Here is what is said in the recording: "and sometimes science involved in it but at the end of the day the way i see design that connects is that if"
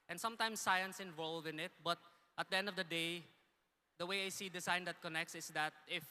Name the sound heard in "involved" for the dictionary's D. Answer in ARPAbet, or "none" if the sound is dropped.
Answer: none